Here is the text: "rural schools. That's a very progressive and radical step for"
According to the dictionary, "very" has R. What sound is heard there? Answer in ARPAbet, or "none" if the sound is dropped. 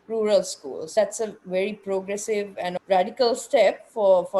R